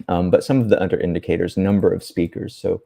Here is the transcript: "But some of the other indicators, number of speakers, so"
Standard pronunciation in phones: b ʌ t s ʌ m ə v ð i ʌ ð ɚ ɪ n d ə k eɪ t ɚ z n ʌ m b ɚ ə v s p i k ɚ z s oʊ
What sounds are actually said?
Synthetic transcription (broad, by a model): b ʌ t s ʌ m ə v ð i ʌ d ɚ ɪ n d ə k eɪ t ɚ z n ʌ m b ɚ ə v s p i k ɚ z s oʊ